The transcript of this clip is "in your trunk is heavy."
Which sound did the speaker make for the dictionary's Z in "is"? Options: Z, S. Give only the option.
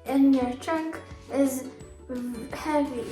Z